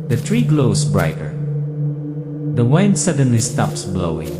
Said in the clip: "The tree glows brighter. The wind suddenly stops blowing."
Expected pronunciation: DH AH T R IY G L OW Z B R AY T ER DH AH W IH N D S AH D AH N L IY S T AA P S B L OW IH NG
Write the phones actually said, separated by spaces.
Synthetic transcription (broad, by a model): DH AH T R IY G L OW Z B R AY T ER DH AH W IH N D S AH D AH N L IY S T AA P S B L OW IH NG